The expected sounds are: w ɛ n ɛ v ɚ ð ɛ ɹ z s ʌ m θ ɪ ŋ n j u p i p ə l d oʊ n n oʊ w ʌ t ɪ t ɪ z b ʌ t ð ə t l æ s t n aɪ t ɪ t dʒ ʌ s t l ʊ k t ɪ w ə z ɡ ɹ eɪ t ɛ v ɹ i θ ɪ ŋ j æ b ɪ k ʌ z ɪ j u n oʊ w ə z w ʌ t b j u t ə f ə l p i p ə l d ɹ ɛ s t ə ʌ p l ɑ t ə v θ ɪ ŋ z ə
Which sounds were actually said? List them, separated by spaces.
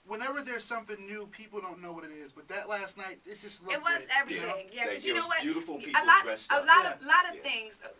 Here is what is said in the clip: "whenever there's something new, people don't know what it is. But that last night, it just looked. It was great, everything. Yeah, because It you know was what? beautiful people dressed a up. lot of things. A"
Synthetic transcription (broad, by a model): w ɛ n ɛ v ɚ ð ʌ ɹ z s ʌ m θ ɪ ŋ n j u p i p l d oʊ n n oʊ w ʌ t ɪ t ɪ z b ʌ t ð ə t l æ s t n aɪ t ɪ t dʒ ʌ s t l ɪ t w ə z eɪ ɛ v ɹ i θ ɪ ŋ j æ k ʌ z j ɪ n oʊ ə w ʌ t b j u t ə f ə l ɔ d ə l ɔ t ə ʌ l ɑ t ə v θ ɪ ŋ z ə